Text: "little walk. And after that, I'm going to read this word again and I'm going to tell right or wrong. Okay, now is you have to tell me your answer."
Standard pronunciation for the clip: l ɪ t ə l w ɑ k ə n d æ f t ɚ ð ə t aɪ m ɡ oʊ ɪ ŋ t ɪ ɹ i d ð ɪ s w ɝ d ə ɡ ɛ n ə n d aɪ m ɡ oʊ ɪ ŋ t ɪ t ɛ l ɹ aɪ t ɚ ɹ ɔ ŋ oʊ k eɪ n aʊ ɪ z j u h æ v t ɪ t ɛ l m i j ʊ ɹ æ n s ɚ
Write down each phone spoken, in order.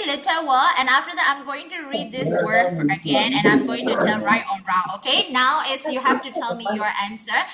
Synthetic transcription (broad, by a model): l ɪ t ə w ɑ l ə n æ f t ɚ ð ə t aɪ m ɡ oʊ ɪ ŋ t ɪ ɹ i d ð ɪ s w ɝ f ə ɡ ɛ n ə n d aɪ m ɡ oʊ ɪ ŋ t ɪ t ɛ l ɹ aɪ t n ɹ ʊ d oʊ k eɪ n aʊ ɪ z j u h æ f t ɪ t ɛ l m i j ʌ ɹ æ n s ɚ